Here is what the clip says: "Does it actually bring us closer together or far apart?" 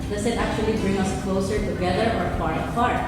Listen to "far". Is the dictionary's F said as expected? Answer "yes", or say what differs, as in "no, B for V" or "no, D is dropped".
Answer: no, P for F